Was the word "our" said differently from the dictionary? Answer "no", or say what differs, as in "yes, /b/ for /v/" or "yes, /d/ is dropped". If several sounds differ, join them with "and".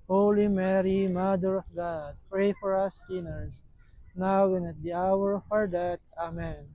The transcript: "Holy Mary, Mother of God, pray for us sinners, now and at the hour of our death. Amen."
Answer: no